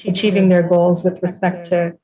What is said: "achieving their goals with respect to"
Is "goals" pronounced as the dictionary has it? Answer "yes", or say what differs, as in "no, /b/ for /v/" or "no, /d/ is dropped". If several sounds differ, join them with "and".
yes